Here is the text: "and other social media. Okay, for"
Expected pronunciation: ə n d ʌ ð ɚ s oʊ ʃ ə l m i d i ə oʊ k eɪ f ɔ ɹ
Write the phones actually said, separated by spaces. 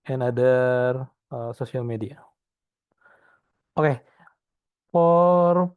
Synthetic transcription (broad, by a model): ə n d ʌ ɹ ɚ s oʊ s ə l m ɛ d i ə oʊ k eɪ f ɔ ɹ